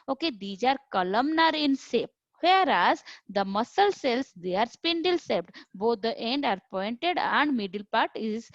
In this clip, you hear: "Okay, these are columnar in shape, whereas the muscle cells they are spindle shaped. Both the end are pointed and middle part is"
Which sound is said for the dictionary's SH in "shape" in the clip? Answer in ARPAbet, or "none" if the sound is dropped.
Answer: S